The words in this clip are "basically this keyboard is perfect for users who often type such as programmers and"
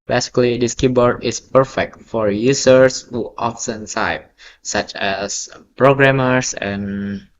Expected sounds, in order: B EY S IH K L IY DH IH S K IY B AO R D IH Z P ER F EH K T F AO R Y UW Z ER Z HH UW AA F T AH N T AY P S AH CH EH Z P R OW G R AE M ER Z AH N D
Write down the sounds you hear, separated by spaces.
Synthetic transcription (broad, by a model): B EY S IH K L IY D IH S K IY B AO R D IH S P ER F EH K T F AO R Y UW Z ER S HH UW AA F S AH N S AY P S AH CH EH S P R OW G R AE M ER S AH N